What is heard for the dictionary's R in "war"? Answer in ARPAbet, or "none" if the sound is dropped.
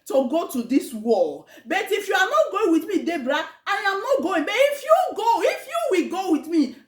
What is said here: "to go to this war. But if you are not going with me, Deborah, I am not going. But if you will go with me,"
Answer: L